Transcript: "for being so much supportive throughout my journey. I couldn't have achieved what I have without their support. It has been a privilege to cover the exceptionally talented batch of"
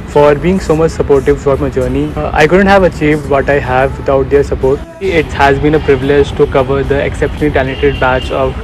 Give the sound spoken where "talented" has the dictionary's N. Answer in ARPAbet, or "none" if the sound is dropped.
none